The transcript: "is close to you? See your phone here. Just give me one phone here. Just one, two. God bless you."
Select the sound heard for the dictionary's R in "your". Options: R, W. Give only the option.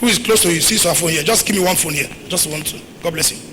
W